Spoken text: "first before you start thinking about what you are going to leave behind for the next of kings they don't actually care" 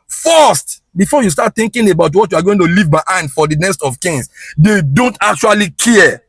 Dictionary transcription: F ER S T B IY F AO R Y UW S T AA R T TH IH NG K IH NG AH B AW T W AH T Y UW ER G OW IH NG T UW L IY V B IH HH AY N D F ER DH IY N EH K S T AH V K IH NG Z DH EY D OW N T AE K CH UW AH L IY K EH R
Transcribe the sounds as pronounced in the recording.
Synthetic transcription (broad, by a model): F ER S T B IY F AO Y UW S T AA T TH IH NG K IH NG AH B AW T W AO T Y UW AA G OW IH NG T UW L IY V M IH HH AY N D F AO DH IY N EH S T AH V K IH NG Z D EY D OW N T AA K CH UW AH L IY K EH